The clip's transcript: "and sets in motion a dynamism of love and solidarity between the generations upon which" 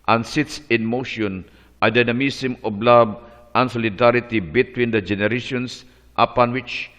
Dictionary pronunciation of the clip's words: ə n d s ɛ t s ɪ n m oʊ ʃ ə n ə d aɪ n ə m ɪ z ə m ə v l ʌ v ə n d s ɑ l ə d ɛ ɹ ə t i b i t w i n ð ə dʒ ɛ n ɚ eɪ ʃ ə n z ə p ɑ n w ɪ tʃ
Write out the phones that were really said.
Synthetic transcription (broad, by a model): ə n s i t s ɪ n m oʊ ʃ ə n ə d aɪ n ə m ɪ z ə m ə b l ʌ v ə n s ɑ l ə d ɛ ɹ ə t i b i t w i n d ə dʒ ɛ n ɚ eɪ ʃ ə n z ə p ɑ n w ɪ tʃ